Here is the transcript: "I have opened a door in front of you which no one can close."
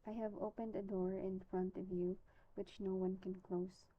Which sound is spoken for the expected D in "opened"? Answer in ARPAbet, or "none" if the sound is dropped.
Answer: D